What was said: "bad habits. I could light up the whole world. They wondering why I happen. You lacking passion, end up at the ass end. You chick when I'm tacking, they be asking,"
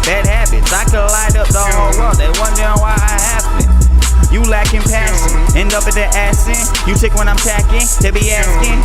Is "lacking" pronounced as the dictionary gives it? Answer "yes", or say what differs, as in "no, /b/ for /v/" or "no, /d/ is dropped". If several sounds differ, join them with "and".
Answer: yes